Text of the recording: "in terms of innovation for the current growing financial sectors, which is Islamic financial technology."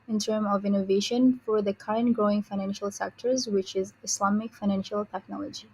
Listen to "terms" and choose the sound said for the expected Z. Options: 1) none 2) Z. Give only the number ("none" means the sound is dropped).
1